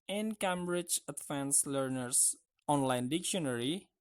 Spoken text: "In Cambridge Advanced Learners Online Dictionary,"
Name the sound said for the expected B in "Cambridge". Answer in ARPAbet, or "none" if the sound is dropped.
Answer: B